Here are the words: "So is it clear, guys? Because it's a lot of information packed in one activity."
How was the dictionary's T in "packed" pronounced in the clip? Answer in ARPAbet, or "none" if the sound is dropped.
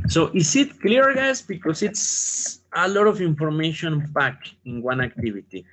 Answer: none